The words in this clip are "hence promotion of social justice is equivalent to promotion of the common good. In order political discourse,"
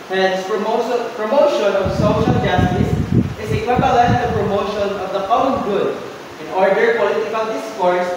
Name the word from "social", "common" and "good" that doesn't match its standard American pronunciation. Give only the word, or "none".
common